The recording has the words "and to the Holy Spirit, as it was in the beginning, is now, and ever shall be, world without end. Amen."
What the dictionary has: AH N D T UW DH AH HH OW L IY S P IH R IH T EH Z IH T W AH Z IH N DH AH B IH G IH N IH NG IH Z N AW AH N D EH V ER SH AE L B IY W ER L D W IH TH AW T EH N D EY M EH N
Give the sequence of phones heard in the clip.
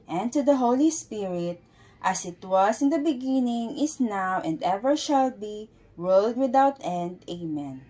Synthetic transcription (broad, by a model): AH N T UW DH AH HH OW L IY S P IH R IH T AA S IH T W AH S IH N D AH B IH G IH N IH NG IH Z N AW AH N D EH V ER SH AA L B IY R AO L D W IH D AW T EH N D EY M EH N